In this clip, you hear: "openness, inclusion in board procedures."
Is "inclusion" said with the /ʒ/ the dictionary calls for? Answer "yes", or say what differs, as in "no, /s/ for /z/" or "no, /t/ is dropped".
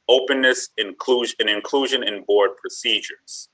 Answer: yes